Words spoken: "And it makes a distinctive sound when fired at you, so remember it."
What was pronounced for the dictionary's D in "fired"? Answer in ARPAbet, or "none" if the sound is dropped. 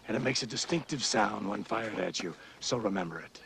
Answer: D